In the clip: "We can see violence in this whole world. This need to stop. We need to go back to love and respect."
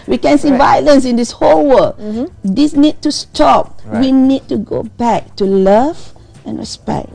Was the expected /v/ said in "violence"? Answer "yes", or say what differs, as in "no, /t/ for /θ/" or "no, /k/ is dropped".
yes